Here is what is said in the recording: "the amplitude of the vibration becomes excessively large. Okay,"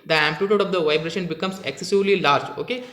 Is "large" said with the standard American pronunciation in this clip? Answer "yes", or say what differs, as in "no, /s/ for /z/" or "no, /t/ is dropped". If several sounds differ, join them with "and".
yes